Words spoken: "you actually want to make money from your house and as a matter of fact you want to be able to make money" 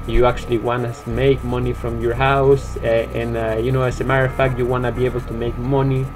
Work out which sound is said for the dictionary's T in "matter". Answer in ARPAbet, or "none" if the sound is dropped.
S